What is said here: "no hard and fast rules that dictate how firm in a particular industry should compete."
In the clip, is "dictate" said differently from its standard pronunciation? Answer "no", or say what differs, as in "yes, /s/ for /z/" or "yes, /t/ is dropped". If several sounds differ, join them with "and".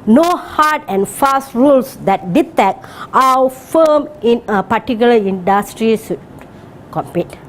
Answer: yes, /k/ is dropped